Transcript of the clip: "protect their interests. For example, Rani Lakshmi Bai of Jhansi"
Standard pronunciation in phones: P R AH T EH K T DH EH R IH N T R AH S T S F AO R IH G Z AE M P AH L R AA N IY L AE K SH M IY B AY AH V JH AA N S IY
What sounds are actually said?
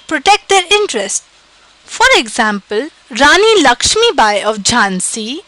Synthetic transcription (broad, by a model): P R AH T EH K T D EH R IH N T R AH S T F AO R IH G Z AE M P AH L R AA N IY L AE K SH M IY B AY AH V JH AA N S IY